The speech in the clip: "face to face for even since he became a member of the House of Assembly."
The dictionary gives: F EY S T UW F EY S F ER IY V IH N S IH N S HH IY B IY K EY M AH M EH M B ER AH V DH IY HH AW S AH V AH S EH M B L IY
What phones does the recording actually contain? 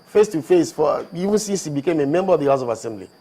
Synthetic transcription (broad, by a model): F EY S T UW F EY S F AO IY V IH N S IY S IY B IY K EY M AH M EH M B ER AH V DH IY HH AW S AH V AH S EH M B L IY